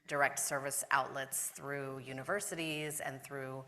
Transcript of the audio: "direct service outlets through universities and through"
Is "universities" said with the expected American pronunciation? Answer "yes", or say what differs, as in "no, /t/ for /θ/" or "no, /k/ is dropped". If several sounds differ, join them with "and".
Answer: yes